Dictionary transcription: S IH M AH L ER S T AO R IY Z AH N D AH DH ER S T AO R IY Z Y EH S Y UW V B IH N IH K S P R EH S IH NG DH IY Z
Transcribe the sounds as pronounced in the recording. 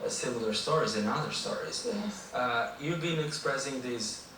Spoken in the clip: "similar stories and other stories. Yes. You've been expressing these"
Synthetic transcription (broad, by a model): S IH M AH L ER S T AO R IY Z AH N AH DH ER S T AO R IY Z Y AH Y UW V B IH N IH K S P R EH S IH NG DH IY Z